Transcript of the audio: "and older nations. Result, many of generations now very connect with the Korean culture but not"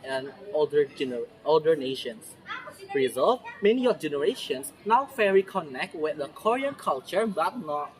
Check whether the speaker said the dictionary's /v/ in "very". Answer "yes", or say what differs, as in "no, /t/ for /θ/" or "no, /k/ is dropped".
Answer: no, /f/ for /v/